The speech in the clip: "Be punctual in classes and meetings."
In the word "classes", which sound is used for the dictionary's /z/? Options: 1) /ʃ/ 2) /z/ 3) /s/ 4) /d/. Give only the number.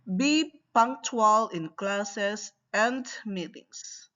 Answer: 3